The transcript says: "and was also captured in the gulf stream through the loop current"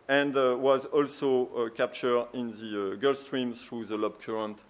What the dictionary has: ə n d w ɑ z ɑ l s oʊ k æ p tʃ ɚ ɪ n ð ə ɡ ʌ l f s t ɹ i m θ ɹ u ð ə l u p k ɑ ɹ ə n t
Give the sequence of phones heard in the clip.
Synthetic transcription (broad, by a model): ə n d w ɑ z ɑ l s oʊ k æ p tʃ ɚ ɪ n ð ə ɡ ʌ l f s t ɹ i m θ ɹ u ð ə l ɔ b k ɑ ɹ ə n t